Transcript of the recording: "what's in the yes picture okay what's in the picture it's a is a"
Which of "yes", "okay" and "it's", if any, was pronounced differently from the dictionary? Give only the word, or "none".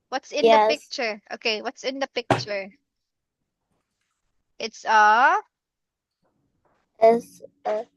yes